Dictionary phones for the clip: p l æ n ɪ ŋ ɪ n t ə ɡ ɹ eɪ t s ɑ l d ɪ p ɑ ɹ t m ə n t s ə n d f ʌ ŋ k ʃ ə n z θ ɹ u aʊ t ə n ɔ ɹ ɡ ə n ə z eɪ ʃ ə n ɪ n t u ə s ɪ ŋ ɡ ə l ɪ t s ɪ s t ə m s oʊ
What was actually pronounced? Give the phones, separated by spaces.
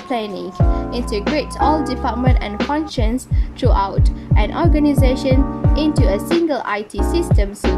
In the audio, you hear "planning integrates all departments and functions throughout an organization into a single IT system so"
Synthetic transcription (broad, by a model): p l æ n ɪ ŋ ɪ n t ə ɡ ɹ eɪ t s ɑ l d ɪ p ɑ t m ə n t ə n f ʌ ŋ k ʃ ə n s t ɹ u aʊ t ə n ɔ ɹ ɡ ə n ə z eɪ ʃ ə n ɪ n t u ə s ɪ ŋ ɡ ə l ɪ t s ɪ s t ə m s